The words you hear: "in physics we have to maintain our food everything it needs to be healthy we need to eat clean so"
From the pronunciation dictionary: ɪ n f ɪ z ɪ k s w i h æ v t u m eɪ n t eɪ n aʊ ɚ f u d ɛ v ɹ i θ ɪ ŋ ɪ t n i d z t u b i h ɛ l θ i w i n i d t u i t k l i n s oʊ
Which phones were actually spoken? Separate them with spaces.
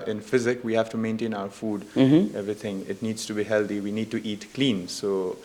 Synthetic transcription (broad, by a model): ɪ n f ɪ z ɪ k w i h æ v t u m eɪ n t eɪ n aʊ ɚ f u d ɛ v ɹ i t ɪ ŋ ɪ t n i d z t u b i h ɛ l t i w i n i d t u i t k l i n s oʊ